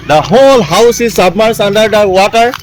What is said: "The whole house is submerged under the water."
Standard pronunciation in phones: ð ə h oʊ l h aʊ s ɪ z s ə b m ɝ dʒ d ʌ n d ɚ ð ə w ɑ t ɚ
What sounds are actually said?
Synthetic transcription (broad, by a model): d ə h oʊ l h aʊ s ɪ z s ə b m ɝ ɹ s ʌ n d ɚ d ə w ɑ t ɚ